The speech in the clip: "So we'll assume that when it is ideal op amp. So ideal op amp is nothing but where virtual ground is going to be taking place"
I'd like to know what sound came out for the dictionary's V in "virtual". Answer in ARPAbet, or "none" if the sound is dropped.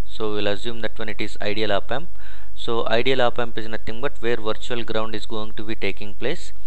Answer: V